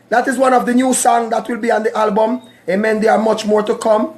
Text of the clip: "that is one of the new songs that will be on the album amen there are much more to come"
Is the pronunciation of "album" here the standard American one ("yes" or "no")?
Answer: yes